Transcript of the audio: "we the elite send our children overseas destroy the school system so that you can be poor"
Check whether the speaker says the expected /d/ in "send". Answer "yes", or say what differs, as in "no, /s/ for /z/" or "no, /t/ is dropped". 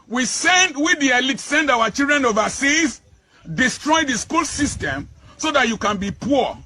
yes